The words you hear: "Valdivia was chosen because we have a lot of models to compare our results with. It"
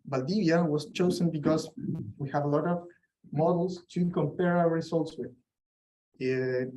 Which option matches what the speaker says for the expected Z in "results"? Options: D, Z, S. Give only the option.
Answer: S